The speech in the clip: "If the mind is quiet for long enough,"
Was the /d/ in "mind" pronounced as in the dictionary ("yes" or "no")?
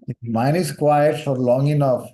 no